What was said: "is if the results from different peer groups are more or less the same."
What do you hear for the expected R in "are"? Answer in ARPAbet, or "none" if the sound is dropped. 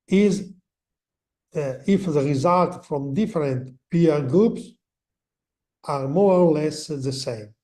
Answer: R